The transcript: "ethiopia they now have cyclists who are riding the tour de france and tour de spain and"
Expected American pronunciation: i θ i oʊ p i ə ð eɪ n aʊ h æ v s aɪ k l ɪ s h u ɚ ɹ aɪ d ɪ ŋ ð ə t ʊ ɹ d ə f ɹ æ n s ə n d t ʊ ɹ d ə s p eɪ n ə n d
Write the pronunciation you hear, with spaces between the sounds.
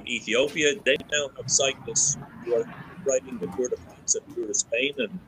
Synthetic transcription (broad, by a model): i θ i oʊ p i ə ð eɪ n aʊ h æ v s aɪ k n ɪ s h u ɚ ɹ aɪ d ɪ ŋ ð ə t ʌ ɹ d ə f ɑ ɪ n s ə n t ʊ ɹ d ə s p eɪ n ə n